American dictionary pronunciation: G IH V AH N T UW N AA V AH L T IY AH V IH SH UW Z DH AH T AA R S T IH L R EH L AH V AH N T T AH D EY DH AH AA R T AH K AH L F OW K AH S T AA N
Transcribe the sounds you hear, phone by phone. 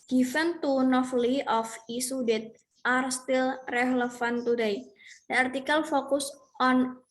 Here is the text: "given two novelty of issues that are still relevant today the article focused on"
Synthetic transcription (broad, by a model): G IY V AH N T UW N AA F L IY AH F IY S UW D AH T AA R S T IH L R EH L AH F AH N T T AH D EY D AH AA R T AH K AH L F OW K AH S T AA N